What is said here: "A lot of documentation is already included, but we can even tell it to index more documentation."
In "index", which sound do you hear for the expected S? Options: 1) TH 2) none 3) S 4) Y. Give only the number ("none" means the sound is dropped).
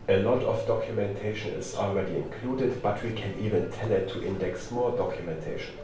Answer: 3